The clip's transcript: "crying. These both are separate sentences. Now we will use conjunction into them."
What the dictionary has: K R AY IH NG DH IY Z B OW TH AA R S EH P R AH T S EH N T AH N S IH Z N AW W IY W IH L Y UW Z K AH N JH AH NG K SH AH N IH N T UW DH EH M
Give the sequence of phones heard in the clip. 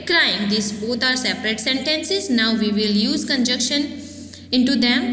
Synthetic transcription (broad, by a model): K R AY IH NG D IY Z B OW T AA R S EH P R AH T S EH N T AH N S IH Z N AW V IY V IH L Y UW Z K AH N JH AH K SH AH N IH N T UW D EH M